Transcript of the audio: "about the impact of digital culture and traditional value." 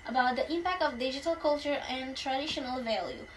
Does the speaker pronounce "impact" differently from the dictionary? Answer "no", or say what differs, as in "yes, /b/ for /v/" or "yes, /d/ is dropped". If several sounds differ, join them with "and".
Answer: no